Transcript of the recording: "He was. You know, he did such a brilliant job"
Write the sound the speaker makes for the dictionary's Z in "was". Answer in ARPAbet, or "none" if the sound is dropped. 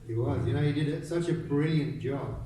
Z